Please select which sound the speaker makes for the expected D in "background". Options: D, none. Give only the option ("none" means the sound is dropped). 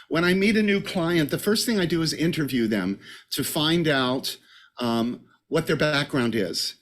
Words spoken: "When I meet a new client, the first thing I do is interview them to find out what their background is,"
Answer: D